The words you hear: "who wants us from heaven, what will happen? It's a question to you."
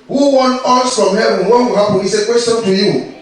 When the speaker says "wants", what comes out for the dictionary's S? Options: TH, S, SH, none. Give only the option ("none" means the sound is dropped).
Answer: none